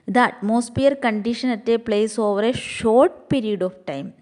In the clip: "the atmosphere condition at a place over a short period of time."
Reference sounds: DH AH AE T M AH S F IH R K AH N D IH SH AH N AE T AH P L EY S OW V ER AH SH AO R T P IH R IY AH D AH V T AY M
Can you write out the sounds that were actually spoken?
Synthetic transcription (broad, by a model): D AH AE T M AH S P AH R K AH N D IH SH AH N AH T AH P L EY S OW V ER AH SH AO R T P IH R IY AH D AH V T AY M